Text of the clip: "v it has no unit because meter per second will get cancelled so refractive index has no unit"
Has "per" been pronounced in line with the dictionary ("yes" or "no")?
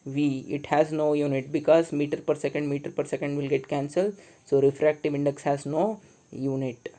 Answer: yes